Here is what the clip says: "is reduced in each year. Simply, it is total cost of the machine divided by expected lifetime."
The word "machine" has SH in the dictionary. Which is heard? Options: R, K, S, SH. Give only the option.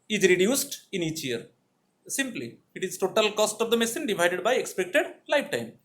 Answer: S